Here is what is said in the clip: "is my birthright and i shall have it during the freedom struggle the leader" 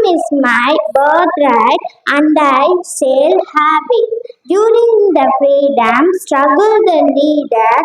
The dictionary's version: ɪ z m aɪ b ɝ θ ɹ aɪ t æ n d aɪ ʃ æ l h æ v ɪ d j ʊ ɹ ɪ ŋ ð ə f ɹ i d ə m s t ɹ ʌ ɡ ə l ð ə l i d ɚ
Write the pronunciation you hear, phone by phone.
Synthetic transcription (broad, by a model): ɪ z m aɪ b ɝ t ɹ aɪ t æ n d aɪ s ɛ l h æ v ɪ d j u ɹ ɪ ŋ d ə f ɹ i d ə m s t ɹ ʌ ɡ ə l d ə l i d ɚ